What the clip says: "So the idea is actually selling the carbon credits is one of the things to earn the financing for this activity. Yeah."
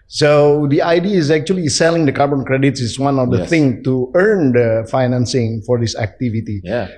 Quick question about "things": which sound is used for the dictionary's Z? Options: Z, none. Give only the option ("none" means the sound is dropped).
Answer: none